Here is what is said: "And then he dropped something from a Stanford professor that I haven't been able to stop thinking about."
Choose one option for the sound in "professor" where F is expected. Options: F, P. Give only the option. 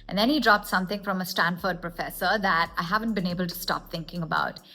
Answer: F